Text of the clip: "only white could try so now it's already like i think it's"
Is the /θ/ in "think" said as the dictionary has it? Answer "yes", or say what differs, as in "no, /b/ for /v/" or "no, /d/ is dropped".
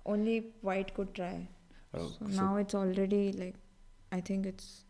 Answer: no, /t/ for /θ/